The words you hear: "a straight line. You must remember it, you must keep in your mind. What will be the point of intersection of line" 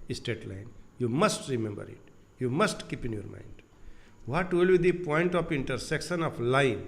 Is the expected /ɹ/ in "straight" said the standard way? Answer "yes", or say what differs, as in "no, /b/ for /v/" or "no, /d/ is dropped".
no, /ɹ/ is dropped